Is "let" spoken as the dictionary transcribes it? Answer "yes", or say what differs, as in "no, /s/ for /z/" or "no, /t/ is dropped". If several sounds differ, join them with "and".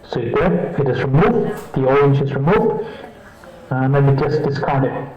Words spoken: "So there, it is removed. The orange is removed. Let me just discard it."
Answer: no, /n/ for /l/